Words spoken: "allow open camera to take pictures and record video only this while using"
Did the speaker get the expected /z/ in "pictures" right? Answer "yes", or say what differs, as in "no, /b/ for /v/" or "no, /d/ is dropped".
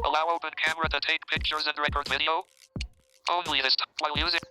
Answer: yes